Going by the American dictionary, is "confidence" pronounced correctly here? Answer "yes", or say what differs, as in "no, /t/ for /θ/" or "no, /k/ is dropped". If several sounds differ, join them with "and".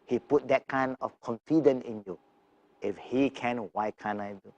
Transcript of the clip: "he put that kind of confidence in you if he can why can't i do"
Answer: no, /s/ is dropped